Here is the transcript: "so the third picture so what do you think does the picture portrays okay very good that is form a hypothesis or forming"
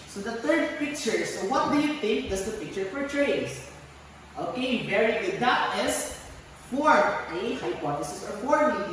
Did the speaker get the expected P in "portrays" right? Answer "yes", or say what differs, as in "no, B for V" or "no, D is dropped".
no, F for P